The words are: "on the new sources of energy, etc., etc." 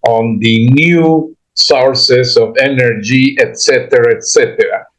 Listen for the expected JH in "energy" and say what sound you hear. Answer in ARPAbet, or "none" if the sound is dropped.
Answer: JH